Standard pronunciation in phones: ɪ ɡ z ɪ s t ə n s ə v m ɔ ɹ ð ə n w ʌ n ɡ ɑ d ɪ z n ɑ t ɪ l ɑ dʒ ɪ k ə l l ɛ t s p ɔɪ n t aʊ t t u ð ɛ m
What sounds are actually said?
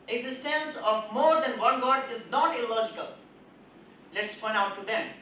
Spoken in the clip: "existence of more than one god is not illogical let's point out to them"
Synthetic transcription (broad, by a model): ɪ ɡ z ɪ s t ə n s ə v m ɔ ɹ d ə n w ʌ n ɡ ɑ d ɪ z n ɑ t ɪ l ɑ dʒ ɪ k ə l l ɛ t s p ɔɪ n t aʊ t t u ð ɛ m